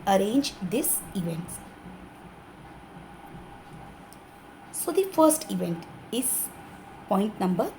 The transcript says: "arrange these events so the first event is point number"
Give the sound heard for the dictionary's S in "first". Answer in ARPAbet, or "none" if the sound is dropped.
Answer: S